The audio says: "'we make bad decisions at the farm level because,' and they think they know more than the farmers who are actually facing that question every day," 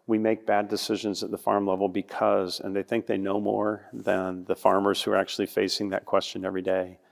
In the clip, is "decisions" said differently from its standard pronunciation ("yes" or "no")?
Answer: no